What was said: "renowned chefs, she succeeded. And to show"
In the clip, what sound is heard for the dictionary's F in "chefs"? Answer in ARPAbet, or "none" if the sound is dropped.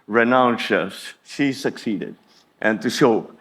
none